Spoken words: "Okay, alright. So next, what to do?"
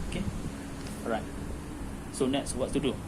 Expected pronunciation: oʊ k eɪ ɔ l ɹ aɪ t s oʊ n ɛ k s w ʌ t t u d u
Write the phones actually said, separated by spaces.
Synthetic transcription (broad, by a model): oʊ k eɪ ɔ ɹ aɪ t s oʊ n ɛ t s w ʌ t t u d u